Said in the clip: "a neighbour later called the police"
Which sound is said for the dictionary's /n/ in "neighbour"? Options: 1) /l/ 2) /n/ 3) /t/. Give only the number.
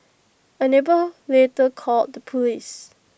2